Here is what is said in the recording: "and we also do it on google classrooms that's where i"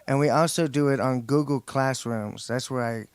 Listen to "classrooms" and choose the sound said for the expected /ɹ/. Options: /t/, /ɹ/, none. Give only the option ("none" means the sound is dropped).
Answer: /ɹ/